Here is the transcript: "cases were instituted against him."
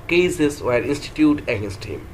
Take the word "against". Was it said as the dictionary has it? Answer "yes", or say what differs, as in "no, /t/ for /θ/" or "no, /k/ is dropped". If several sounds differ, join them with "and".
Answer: no, /n/ is dropped